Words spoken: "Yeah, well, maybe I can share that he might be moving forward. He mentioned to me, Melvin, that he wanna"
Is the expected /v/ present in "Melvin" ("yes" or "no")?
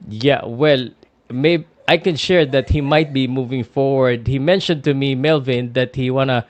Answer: yes